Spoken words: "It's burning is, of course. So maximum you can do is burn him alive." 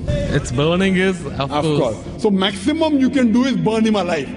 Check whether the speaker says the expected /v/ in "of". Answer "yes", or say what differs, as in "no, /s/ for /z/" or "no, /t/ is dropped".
no, /f/ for /v/